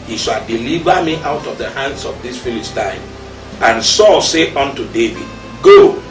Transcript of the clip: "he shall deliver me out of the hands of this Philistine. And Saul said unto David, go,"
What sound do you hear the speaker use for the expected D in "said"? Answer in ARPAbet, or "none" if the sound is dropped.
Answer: none